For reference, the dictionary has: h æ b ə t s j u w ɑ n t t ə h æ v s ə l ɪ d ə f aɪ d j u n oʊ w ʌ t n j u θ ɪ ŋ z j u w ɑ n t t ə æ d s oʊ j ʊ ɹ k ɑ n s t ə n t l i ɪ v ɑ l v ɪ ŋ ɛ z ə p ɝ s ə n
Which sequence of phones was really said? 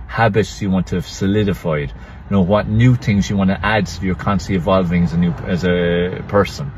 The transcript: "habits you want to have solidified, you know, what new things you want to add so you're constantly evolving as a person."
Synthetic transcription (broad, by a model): h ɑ b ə t s j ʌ w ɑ n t t ə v s ə l ɪ d ə f aɪ d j n oʊ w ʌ t n j u θ ɪ ŋ z j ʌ w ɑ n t t ə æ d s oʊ j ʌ ɹ k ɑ n t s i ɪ v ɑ l v ɪ ŋ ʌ z ə p ɝ s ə n